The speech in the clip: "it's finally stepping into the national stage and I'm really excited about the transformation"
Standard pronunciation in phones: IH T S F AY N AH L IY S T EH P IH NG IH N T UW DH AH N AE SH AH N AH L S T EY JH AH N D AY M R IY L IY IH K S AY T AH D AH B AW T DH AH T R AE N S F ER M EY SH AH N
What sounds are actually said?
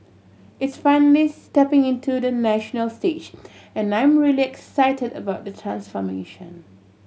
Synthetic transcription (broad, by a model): IH T S F AY N AH L IY S T EH P IH NG IH N T UW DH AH N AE SH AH N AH L S T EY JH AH N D AY M R IY L IY IH K S AY T AH D AH B AW T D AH T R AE N S F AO M EY SH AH N